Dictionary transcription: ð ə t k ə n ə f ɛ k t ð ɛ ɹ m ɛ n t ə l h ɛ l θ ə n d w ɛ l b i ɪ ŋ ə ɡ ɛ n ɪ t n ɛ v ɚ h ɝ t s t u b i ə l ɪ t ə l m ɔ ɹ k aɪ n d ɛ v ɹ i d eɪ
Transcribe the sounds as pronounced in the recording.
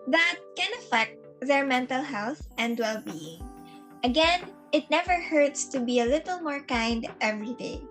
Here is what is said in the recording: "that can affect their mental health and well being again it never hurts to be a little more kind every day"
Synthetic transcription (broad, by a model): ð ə t k ə n ə f ɛ k t ð ɛ ɹ m ɛ n t ə l h ɛ l θ ə n d w ɛ l b i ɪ ŋ ə ɡ ɛ n ɪ t n ɛ v ɚ h ɝ t s t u b i ə l ɪ t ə l m ɔ ɹ k aɪ n d ɛ v ɹ i d eɪ